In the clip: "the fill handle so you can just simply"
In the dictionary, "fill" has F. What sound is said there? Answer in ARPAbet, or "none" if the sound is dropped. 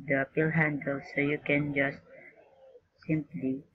P